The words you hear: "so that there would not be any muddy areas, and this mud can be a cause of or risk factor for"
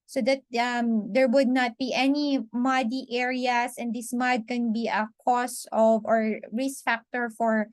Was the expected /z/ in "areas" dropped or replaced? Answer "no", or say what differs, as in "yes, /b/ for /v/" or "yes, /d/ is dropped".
yes, /s/ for /z/